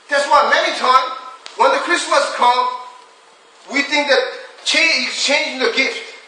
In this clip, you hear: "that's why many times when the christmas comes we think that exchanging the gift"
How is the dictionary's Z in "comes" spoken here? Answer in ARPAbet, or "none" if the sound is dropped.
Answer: none